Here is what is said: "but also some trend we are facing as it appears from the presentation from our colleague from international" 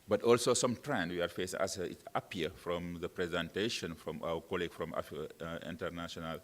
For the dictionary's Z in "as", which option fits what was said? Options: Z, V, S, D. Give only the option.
S